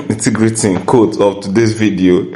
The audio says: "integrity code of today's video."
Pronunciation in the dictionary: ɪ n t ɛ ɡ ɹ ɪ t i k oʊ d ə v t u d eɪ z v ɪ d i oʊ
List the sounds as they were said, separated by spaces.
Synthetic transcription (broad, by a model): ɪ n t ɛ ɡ ɹ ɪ t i k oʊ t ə p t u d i s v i d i oʊ